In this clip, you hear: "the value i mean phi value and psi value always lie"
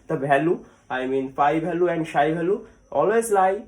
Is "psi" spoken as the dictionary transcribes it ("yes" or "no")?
no